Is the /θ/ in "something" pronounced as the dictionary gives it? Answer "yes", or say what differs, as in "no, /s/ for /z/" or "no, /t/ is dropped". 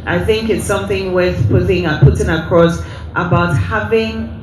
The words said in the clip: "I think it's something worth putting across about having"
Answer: yes